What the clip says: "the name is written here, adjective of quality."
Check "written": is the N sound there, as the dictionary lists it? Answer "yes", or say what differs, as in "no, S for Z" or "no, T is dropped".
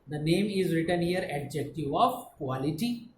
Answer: yes